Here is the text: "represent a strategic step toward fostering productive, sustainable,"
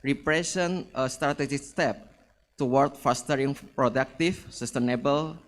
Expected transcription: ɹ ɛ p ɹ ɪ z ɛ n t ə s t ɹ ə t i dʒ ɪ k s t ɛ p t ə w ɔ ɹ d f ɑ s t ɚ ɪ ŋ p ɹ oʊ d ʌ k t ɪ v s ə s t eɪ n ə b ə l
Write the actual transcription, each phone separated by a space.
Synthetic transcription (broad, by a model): ɹ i p ɹ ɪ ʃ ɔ n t ə s t ɹ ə t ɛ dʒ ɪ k s t ɛ p t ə w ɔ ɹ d f ɑ s t ɚ ɪ ŋ p ɹ oʊ d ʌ k t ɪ f s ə s t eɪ n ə b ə l